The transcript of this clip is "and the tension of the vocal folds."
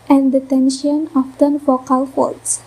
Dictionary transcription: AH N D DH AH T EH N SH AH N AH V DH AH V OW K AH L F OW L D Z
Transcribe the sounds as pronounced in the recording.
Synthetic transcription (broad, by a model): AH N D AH T EH N SH AH N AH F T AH F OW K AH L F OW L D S